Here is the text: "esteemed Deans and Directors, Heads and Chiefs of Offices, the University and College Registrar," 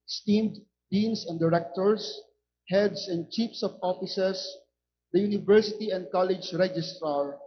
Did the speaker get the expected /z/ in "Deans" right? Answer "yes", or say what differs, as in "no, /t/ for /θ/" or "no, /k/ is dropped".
no, /s/ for /z/